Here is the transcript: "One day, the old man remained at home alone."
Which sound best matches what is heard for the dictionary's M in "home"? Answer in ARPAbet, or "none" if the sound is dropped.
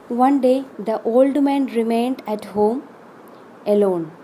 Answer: M